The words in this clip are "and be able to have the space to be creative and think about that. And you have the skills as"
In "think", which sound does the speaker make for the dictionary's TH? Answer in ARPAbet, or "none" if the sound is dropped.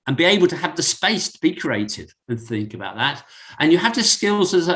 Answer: TH